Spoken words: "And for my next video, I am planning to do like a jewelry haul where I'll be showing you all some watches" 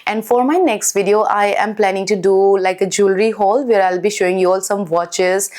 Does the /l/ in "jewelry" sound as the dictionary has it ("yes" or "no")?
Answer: yes